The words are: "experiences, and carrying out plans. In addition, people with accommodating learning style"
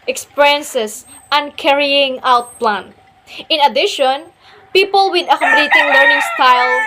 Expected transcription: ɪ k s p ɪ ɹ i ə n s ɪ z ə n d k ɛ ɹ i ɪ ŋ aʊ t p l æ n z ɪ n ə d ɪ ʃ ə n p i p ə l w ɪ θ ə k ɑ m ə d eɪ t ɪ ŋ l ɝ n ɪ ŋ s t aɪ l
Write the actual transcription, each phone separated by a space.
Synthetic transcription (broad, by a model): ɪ k s p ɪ ɹ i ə n s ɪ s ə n k ɛ ɹ i ɪ ŋ aʊ t p l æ n ɪ n ə d ɪ ʃ ə n p i p ə l w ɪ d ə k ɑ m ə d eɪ t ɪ ŋ l ɝ n ɪ ŋ s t aɪ l